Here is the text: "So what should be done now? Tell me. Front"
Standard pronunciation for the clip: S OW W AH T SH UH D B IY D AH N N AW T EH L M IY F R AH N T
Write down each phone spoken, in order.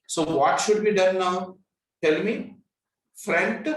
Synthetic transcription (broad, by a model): S OW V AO T SH UH D B IY D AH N N AW T EH L M IY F R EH N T